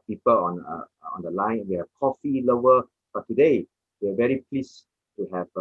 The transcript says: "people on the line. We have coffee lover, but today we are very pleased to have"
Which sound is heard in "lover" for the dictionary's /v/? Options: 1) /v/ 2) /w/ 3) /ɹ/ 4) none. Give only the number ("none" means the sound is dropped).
4